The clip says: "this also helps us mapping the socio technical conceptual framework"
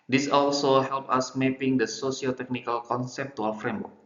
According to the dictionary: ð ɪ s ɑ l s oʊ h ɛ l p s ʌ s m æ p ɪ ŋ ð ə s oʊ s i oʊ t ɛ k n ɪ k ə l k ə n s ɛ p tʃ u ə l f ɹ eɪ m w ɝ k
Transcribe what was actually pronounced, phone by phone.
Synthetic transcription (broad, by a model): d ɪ s ɑ l s oʊ h ɛ l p ʌ s m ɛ p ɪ ŋ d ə s oʊ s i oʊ t ɛ k n ɪ k ə l k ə n s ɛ p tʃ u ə w f ɹ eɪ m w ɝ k